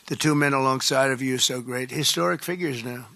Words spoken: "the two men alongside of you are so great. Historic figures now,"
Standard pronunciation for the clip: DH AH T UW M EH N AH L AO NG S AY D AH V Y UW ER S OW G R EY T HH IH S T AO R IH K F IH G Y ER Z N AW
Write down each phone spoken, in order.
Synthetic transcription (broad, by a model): DH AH T UW M EH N AH L AO NG S AY D AH V Y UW S OW G R EY T HH IH S T AO R IH K F IH G Y ER Z N AW